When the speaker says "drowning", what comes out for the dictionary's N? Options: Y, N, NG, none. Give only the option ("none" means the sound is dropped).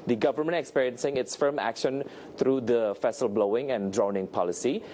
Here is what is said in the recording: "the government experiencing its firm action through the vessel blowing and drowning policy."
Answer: N